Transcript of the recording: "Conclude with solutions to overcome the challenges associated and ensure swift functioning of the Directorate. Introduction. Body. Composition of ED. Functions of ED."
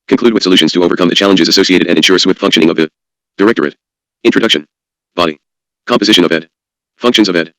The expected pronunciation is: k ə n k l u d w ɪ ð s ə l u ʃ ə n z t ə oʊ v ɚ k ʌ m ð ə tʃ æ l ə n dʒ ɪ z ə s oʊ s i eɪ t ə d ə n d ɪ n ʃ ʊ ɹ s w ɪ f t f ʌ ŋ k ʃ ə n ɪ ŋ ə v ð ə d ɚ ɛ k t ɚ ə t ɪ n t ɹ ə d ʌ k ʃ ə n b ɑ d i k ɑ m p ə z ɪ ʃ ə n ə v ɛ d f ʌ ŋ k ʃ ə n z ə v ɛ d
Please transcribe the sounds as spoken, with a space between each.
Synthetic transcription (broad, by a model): k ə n k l u d w ɪ ð s ə l u ʃ ə n z t ə oʊ v ɚ k ʌ m ð ə tʃ æ l ə n dʒ ɪ z ə s oʊ s i eɪ t ə d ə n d ɪ n ʃ ʊ ɹ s w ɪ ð f ʌ ŋ k ʃ ə n ɪ ŋ ə v ð ə d ɚ ɛ k t ɚ ə t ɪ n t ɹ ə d ʌ k ʃ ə n b ɑ d i k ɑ m p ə z ɪ ʃ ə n ə v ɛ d f ʌ ŋ k ʃ ə n z ə v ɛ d